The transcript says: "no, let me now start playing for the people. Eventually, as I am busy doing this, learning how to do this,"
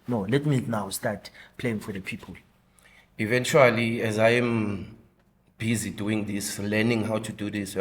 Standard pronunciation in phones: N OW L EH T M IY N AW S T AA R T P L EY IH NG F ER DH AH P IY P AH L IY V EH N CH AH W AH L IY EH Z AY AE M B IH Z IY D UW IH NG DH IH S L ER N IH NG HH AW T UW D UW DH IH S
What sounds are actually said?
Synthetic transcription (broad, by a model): N OW L EH T M IY N AW S T AA T P L EY IH NG F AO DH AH P IY P AH L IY V EH N CH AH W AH L IY EH Z AY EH M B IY Z IY D UW IH NG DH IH S L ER N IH NG HH AW T UW D UW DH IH S